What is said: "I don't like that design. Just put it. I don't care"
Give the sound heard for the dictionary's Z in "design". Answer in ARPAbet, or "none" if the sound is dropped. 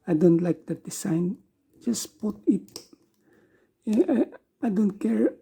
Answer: S